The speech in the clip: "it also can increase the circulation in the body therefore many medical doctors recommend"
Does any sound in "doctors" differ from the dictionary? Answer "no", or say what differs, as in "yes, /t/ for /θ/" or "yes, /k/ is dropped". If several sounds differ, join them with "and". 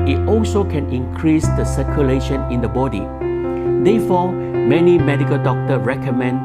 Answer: yes, /z/ is dropped